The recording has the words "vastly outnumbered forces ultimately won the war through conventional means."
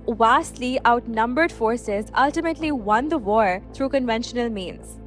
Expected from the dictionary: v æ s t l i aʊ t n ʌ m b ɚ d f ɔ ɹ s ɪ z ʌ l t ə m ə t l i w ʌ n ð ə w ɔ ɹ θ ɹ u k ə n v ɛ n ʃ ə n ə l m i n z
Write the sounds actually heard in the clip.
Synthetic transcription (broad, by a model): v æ s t l i aʊ t n ʌ m b ɚ d f ɔ ɹ s ɪ z ʌ l t ə m ə t l i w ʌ n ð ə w ɔ ɹ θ ɹ u k ə n v ɛ n ʃ ə n ə l m i n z